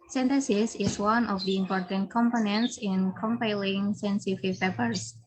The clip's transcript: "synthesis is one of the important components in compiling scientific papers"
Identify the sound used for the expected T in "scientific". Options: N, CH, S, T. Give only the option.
S